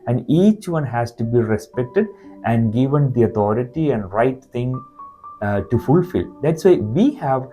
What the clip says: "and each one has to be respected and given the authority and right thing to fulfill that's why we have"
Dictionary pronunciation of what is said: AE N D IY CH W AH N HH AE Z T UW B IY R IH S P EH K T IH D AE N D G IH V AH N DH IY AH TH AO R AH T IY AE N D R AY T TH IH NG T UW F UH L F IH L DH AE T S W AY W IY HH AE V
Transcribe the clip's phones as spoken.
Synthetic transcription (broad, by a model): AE N D IY CH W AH N HH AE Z T UW B IY R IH S P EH K T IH D AE N D G IH V AH N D IY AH T AO R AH T IY AE N D R AY T T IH NG T UW F UH L F IH L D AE T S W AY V IY HH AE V